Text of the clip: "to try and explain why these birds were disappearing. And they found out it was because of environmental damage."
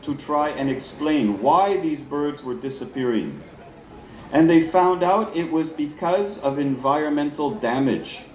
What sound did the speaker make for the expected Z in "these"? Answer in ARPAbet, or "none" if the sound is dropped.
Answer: Z